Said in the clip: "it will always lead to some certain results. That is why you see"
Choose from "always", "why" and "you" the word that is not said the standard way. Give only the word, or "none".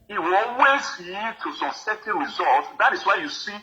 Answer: always